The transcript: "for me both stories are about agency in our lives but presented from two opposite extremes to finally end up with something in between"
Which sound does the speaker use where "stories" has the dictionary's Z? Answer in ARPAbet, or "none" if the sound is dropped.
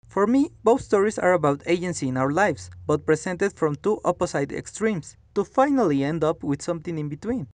S